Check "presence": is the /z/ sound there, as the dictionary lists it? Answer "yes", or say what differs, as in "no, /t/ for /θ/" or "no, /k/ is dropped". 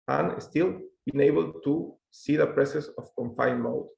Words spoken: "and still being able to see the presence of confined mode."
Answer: no, /s/ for /z/